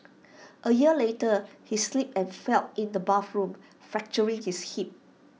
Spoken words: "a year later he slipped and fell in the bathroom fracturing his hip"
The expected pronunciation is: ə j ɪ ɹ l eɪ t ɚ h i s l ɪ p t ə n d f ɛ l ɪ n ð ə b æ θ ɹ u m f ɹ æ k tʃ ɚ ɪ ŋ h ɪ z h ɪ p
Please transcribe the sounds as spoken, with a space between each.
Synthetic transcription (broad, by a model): ə j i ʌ l eɪ t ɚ h i s l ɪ p ə n f ɛ l ɪ n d ə b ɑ f ɹ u m f ɹ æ k tʃ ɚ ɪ ŋ h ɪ s h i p